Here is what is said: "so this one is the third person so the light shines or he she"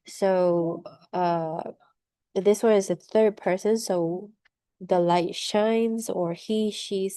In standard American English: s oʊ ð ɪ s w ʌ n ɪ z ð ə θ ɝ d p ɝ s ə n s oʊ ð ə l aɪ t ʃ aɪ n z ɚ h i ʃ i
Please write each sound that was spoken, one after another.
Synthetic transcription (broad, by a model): s oʊ ð ɪ s w ʌ n ɪ z ð ə θ ɝ d p ɝ s ə n s oʊ ð ə l aɪ t ʃ aɪ n z ɚ h i ʃ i